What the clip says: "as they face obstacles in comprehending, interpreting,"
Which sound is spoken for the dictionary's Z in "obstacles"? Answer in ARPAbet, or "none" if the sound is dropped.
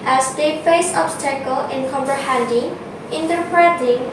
none